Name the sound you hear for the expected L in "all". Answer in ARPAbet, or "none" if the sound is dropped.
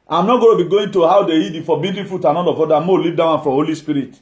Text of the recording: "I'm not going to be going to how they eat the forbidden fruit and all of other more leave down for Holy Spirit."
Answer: N